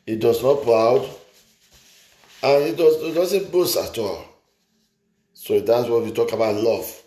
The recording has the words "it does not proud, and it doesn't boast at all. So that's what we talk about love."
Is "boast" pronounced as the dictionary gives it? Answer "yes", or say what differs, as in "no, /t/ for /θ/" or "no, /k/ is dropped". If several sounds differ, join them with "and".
no, /t/ is dropped